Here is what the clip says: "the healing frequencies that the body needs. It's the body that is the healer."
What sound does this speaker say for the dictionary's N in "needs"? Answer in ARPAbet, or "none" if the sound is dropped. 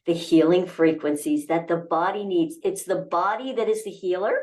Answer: N